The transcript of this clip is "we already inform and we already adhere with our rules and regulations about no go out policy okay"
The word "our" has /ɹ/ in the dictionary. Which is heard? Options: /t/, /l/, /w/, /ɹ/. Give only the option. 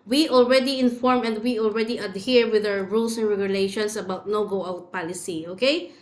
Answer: /w/